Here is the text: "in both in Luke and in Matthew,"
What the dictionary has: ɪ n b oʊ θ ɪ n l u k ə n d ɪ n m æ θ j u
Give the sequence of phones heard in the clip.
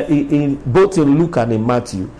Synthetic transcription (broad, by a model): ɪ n b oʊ t ɪ n l u k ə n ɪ m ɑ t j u